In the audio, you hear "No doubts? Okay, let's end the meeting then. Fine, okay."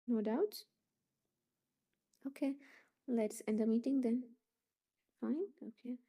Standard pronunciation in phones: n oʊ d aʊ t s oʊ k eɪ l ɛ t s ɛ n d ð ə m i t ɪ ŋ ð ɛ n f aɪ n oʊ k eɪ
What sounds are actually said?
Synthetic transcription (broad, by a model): n oʊ d aʊ t oʊ k eɪ l ɛ t s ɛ n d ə m i t ɪ ŋ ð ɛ n f aɪ n oʊ k eɪ